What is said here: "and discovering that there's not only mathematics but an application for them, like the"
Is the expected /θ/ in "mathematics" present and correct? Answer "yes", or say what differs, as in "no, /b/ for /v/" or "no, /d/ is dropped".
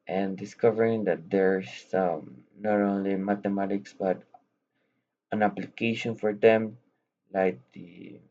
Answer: no, /t/ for /θ/